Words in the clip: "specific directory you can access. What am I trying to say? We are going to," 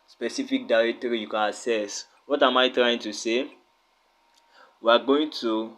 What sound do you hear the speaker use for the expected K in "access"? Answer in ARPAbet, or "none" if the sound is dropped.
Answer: none